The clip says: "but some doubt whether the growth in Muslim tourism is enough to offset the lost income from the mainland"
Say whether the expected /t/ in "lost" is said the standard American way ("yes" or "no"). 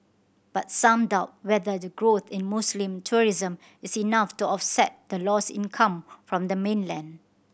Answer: no